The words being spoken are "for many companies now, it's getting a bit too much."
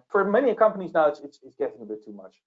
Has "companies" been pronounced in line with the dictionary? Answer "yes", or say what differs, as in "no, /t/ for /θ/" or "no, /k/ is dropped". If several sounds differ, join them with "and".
yes